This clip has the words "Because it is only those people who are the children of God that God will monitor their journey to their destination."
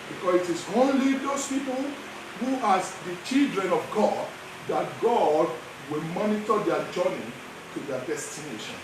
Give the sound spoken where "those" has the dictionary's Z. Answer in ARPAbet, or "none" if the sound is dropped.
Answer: S